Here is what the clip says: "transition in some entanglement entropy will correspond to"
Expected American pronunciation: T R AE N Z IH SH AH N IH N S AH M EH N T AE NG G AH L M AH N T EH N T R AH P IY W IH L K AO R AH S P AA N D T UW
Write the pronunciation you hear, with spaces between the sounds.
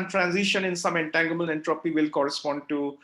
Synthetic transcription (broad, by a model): T R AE N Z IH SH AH N IH N S AH M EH N T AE NG G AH M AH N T EH N T R AH P IY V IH L K AO R AH S P AA N D T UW